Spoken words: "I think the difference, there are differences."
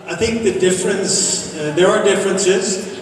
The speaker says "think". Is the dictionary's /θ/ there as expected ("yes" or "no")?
yes